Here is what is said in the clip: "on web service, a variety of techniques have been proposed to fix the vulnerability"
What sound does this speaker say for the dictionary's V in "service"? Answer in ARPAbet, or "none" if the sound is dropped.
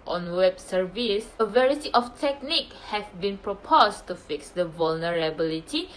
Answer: V